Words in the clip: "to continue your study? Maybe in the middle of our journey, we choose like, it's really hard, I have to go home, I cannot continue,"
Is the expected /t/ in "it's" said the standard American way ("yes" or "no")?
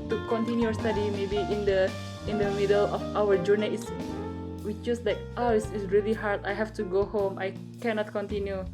no